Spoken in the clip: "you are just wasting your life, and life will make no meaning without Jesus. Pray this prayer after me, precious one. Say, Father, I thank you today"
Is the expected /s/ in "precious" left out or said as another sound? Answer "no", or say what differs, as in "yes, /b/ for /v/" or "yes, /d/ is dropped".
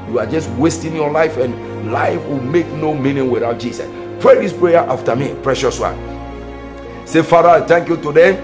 no